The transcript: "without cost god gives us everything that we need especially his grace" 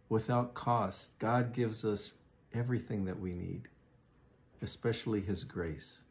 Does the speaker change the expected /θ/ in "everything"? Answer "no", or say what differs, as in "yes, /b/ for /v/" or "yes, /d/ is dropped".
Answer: no